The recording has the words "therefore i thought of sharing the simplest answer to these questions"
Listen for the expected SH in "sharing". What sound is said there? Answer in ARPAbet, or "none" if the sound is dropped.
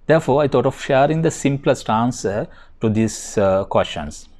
SH